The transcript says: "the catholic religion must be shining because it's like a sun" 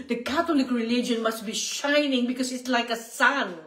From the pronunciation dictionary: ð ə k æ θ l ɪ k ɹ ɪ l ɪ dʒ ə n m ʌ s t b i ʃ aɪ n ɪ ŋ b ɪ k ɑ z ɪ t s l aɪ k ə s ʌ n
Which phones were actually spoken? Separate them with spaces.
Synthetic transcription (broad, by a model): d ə k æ t l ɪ k ɹ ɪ l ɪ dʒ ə n m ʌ s t b i ʃ aɪ n ɪ ŋ b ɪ k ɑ s ɪ t s l aɪ k ə s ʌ n